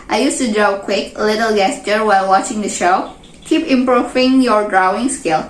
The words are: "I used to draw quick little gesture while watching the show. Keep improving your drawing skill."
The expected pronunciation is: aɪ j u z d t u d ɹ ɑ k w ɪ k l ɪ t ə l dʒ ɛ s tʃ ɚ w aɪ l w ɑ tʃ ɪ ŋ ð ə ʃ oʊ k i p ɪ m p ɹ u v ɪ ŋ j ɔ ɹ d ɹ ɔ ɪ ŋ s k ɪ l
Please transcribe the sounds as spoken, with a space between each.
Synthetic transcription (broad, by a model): aɪ j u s t u d ɹ ɑ k w ɪ k l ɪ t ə l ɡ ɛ s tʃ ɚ w aɪ l w ɑ tʃ ɪ ŋ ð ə ʃ oʊ k i p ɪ m p ɹ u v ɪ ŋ j ɔ ɹ d ɹ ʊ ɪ ŋ s k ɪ l